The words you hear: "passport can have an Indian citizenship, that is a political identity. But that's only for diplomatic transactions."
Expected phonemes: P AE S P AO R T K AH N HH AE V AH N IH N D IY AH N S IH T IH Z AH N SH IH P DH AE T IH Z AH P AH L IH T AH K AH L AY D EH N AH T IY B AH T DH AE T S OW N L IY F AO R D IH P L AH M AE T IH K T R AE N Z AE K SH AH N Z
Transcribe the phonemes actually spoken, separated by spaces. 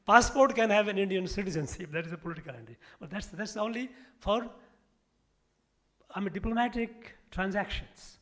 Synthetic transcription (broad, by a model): P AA S P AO R T K AH N HH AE V AH N IH N D IY AH N S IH T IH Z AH N S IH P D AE T IH Z AH P AH L IH T AH K AH L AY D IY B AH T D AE T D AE T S OW N L IY F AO R D IH P L AH M AE T IH K T R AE N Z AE K SH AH N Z